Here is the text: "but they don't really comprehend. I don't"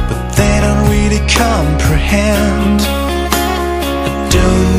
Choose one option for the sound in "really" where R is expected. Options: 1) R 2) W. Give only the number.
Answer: 2